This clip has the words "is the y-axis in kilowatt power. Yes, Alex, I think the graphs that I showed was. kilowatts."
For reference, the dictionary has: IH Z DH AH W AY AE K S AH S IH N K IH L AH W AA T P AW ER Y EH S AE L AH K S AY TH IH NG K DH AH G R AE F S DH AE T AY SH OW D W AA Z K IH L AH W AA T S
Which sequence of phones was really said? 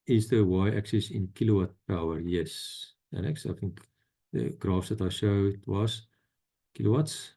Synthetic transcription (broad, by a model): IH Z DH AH W AY AE K S AH S IH N K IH L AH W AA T P AW ER Y EH S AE N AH K S AY TH IH NG K DH AH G R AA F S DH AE T AY SH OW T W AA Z K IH L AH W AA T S